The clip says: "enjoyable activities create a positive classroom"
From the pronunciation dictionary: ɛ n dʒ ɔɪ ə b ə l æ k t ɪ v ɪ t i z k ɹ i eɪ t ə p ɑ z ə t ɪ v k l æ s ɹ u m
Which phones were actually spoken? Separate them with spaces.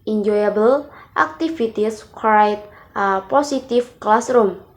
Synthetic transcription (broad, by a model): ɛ n dʒ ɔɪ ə b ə l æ k t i f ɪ t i s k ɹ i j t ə p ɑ s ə t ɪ f k l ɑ s ɹ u m